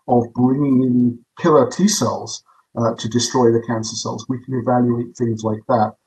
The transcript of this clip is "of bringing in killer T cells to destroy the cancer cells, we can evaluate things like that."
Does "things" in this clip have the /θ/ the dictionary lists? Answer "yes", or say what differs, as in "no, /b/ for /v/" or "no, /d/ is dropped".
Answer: yes